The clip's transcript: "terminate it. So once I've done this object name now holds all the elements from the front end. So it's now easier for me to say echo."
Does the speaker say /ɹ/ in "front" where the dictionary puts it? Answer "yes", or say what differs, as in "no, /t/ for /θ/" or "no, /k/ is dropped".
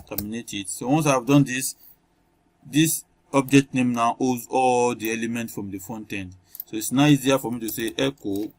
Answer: no, /ɹ/ is dropped